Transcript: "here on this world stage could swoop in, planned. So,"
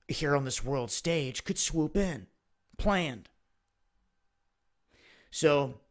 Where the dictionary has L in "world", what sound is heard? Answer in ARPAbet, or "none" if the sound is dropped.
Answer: L